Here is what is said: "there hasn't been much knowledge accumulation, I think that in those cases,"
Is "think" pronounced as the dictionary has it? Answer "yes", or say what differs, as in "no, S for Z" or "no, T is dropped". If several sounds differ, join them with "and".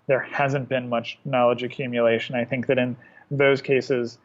yes